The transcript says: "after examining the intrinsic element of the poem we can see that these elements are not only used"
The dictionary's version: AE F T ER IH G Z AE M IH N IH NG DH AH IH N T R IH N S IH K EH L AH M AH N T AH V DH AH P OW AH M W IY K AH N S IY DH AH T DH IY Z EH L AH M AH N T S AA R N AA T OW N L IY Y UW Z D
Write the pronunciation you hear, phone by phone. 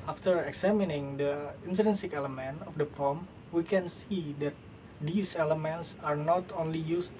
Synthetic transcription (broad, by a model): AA F T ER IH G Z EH M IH N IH NG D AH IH N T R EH N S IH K EH L AH M AH N T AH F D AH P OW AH M W IY K AH N S IY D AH T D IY S EH L AH M AH N T S AA R N AA T OW N L IY Y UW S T